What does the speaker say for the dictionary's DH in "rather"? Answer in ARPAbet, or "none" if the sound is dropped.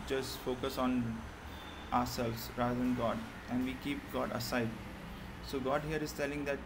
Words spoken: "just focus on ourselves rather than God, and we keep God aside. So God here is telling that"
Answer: none